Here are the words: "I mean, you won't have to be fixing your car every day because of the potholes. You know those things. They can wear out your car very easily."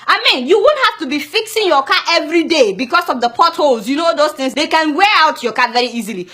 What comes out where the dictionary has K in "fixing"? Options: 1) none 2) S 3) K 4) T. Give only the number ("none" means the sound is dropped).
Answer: 3